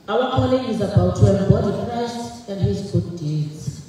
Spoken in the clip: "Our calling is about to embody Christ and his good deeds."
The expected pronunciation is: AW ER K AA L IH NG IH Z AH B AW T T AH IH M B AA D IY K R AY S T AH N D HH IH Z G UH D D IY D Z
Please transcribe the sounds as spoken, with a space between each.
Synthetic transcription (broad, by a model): AW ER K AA L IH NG IH Z AH B AW T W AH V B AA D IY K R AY SH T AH N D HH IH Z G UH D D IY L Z